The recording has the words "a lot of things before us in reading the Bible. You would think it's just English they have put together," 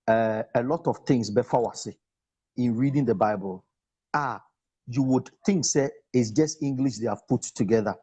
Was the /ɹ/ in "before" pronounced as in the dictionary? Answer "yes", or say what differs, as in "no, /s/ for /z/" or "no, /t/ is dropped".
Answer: no, /w/ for /ɹ/